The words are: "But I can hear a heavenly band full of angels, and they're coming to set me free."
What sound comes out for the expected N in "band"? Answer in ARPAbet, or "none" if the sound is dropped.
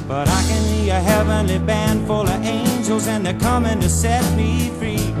N